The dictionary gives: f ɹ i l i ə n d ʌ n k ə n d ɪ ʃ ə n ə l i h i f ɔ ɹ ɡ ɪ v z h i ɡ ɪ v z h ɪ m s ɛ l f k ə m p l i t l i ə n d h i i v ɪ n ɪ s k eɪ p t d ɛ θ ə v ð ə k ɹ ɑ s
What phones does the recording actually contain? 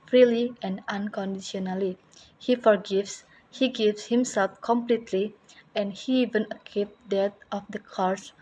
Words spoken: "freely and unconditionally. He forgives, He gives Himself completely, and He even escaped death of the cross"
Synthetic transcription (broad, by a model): f ɹ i l i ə n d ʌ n k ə n d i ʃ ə n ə l i h i f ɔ ɹ ɡ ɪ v s h i ɡ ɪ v s h ɪ m s ɛ l f k ə m p l i t l i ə n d h i i v ɪ n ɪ k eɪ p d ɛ t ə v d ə k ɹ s